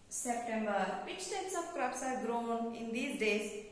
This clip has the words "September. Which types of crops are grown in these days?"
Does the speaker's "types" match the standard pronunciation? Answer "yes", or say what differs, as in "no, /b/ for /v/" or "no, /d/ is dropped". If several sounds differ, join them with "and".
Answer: no, /p/ is dropped